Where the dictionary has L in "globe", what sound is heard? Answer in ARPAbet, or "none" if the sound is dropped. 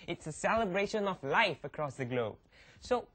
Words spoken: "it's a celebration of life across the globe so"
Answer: L